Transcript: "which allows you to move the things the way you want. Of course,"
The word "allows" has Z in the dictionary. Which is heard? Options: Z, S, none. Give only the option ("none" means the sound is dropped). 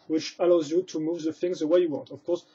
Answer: Z